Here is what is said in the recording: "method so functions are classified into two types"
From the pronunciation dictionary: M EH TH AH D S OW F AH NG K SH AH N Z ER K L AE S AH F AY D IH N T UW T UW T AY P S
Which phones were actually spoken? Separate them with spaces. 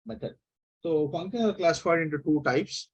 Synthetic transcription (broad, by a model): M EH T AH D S OW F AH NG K AH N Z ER K L AE S AH F AY D IH N T UW T UW T AY P S